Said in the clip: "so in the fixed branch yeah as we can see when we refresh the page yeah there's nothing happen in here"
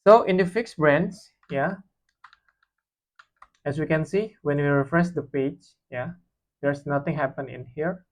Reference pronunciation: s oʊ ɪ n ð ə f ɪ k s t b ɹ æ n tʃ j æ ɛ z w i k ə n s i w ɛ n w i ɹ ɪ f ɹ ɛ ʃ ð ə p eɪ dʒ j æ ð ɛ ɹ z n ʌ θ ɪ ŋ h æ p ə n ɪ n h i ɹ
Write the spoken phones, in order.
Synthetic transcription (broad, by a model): s oʊ ɪ n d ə f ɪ k s b ɹ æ n s j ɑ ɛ s w i k ə n s i w ɛ n w i ɹ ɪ f ɹ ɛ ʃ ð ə p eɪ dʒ j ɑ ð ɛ ɹ s n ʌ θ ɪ ŋ h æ p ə n ɪ n h i ɹ